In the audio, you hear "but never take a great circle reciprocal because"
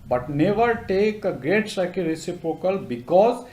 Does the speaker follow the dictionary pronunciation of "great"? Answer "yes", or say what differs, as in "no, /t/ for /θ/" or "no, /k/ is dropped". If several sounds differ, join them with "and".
yes